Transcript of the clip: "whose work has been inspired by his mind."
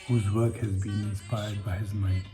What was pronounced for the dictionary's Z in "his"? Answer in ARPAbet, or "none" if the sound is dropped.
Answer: Z